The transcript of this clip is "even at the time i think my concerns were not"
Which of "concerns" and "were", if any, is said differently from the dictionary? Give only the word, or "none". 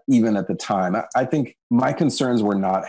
none